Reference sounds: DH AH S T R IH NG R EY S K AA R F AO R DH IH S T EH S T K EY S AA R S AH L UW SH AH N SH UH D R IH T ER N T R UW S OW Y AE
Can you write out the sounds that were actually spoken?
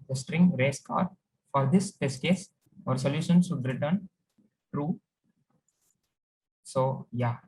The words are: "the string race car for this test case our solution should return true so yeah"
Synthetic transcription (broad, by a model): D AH S T R IH NG R EY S K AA R F AO R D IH S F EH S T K EY S AA R S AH L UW SH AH N S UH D R IH T ER N T R UW S OW Y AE